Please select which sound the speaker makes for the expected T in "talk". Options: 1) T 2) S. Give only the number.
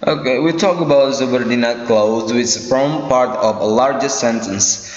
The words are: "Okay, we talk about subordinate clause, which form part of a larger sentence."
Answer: 1